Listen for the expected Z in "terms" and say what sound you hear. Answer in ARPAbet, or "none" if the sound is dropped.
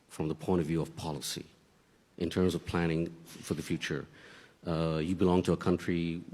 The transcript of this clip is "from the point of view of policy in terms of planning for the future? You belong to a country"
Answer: Z